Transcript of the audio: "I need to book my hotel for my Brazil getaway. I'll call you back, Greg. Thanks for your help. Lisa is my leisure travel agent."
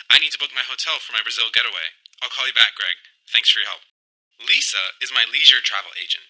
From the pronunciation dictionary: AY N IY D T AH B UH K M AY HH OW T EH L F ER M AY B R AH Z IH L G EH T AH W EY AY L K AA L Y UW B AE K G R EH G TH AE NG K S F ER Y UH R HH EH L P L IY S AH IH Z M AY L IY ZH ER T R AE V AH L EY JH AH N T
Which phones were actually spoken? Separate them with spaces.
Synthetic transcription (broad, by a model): AY N IY D T AH B UH K M AY HH OW T EH L F ER M AY B R AH Z IH L G EH T AH W EY AY L K AA L Y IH B AE K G R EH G TH AE NG K S F ER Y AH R HH EH L P L IY S AH IH Z M AY L IY ZH ER T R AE V L EY JH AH N T